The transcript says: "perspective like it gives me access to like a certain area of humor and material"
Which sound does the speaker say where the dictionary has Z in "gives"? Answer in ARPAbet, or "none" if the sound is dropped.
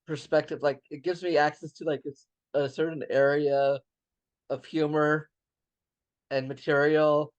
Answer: Z